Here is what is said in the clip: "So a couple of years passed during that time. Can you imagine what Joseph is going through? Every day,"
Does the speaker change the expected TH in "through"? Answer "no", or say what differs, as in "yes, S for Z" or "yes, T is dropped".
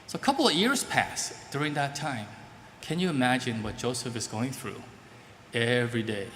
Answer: no